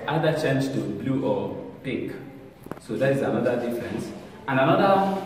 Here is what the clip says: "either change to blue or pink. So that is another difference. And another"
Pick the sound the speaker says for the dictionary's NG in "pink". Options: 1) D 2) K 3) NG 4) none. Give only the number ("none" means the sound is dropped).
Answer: 4